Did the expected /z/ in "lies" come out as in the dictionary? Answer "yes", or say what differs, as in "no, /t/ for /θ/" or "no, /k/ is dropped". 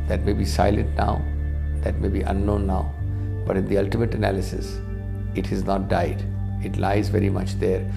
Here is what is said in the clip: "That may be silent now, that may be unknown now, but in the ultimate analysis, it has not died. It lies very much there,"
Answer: yes